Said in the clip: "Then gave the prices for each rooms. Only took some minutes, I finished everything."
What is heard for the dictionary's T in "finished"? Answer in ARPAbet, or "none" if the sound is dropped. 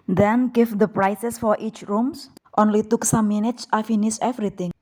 none